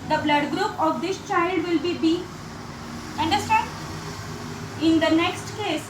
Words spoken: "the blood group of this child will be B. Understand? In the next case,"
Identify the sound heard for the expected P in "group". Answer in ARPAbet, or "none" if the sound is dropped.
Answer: P